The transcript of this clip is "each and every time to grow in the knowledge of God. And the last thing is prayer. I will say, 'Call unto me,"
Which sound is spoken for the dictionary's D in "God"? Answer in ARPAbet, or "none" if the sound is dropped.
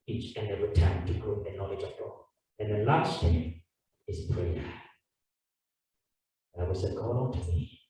none